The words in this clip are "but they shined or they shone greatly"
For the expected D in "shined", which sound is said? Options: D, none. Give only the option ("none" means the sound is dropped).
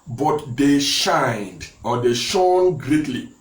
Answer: D